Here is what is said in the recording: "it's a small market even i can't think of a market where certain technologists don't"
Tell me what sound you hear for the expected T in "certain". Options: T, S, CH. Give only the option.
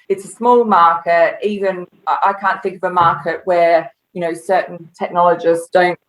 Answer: S